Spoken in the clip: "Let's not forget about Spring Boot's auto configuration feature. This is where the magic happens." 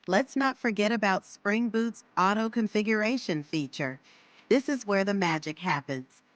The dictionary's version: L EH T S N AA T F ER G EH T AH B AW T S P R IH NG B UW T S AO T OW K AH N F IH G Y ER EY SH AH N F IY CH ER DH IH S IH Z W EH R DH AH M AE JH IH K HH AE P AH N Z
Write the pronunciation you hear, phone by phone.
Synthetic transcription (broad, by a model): L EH T S N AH T F ER G EH T AH B AW T S P R IH NG B UW T S AO T OW K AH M F IH G Y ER EY SH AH N F IY CH ER DH IH S IH Z W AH R DH AH M AE JH IH K HH AE P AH N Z